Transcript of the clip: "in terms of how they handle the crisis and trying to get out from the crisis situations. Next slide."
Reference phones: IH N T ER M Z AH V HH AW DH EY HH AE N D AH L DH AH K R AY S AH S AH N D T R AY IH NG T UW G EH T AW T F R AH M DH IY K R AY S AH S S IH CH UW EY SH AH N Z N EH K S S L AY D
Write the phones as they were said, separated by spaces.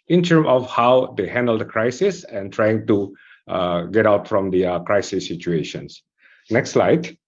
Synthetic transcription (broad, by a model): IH N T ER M AH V HH AW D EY HH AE N D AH L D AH K R AY S AH S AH N T R AY IH NG T UW G EH T AW T F R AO M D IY K R AY S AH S S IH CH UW EY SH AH N S N EH K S S L AY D